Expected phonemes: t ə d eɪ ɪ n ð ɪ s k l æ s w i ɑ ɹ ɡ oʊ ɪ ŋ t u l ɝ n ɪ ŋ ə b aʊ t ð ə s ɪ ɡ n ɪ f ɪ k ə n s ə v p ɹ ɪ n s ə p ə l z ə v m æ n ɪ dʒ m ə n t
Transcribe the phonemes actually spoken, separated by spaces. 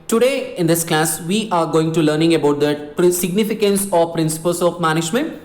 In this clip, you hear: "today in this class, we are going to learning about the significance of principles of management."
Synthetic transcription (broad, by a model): t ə d eɪ ɪ n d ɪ s k l æ s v i ɑ ɹ ɡ oʊ ɪ ŋ t u l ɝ n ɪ ŋ ə b aʊ t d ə s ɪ ɡ n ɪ f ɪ k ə n s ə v p ɹ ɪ n s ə p ə l s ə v m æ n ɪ dʒ m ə n t